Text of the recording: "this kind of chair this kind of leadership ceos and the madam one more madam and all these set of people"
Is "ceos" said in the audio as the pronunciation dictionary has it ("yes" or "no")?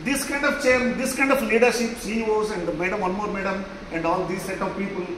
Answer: no